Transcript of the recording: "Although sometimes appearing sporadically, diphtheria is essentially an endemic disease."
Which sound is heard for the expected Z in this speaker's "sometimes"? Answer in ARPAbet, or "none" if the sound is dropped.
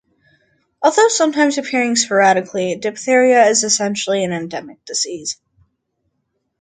Z